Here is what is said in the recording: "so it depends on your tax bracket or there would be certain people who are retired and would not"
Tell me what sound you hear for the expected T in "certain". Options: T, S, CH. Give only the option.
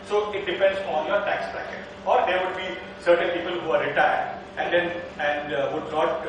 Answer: T